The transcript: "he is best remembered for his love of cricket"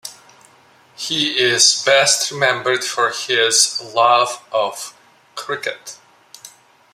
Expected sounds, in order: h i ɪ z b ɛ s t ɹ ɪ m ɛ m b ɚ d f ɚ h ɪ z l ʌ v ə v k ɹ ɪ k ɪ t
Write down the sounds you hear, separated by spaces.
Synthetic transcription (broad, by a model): h i ɪ z b ɛ s t ɹ ɪ m ɛ m b ɚ d f ɚ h ɪ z l ʌ v ə v k ɹ ɪ k ɪ t